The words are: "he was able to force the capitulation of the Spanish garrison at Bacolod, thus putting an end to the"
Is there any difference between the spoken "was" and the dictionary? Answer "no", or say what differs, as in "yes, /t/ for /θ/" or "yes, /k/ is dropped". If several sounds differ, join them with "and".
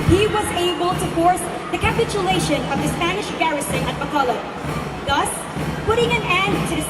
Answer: no